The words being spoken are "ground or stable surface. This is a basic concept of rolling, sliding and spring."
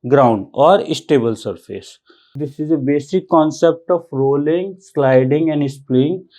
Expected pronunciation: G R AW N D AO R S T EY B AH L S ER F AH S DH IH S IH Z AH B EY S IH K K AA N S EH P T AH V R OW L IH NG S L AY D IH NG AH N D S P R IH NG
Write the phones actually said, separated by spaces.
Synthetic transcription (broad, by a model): G R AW N D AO R S T EY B AH L S ER F AH S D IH S IH Z AH B EY S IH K K AA N S EH P T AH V R OW L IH NG S L AY D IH NG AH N D S P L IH NG